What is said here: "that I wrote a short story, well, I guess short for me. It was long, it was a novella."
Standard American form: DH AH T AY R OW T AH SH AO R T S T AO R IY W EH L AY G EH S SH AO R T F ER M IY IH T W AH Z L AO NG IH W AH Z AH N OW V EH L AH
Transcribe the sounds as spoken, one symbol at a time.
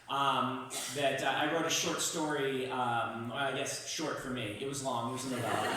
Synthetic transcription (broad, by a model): DH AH T AY R OW T AH SH AO R T S T AO R IY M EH AY G EH S SH AO R T F ER M IY IH T W AH Z L AO NG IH W AH Z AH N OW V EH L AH